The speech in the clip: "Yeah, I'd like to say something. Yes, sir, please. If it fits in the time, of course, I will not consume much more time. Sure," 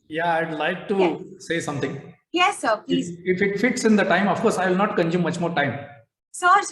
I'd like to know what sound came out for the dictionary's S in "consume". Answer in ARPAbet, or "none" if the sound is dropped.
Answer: none